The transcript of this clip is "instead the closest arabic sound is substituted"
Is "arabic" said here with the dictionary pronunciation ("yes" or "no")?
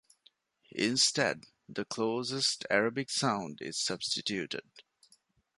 yes